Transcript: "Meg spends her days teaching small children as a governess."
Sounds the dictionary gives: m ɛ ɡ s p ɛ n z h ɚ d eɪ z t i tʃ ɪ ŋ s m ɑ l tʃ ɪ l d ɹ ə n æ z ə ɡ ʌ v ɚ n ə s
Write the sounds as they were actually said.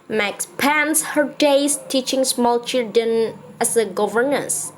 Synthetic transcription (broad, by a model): m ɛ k s p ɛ n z h ɚ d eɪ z t i tʃ ɪ ŋ s m ɑ l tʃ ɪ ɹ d ə n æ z ə ɡ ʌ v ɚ n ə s